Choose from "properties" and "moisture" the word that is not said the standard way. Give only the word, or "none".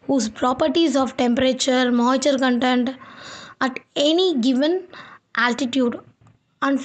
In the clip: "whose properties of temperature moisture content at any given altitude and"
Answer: moisture